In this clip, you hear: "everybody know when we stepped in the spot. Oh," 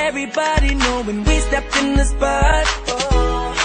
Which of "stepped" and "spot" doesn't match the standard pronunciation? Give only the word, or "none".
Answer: spot